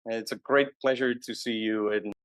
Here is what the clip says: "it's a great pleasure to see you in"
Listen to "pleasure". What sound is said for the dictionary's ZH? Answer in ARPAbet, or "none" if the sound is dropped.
ZH